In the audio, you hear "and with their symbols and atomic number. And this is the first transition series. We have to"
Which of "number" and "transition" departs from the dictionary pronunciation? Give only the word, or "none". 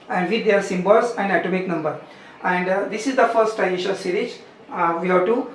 transition